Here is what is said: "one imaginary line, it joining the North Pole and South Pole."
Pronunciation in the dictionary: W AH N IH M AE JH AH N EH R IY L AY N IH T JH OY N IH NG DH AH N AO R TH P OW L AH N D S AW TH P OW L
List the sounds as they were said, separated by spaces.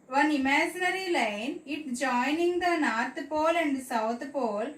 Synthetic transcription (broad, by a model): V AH N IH M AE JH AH N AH R IY L AY N IH T JH OY N IH NG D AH N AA R T P OW L AH N D S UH T P OW L